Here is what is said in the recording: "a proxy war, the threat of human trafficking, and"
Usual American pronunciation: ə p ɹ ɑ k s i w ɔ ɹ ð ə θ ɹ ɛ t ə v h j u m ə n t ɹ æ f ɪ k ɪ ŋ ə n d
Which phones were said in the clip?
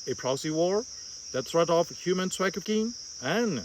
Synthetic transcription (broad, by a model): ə p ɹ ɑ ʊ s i w ɔ ɹ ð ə θ ɹ ɛ t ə f h j u m ə n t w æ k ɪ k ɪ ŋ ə n